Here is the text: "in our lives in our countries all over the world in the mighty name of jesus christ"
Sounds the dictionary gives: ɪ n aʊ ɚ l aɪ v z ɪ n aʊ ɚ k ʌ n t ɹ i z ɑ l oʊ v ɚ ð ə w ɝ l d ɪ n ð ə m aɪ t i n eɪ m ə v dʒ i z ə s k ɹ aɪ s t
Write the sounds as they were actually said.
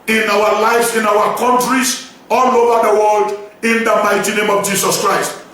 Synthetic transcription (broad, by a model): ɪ n aʊ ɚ l aɪ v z ɪ n aʊ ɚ k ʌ n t ɹ i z ɑ l oʊ v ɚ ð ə w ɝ l d ɪ n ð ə m aɪ t i n eɪ m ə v dʒ i s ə s k ɹ aɪ s t